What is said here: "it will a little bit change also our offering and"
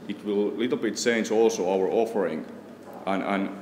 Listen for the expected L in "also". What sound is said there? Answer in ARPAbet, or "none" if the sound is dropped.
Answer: L